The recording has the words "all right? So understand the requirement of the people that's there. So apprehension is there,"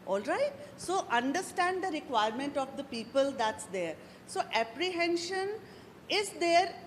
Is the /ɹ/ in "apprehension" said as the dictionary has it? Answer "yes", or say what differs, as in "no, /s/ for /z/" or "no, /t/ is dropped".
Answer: yes